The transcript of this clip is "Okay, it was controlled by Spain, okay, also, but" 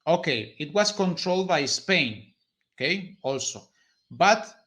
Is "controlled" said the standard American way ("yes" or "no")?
yes